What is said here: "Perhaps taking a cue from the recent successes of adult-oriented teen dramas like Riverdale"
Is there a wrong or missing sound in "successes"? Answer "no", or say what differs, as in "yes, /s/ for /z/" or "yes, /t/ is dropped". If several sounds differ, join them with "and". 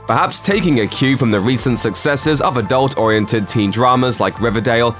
no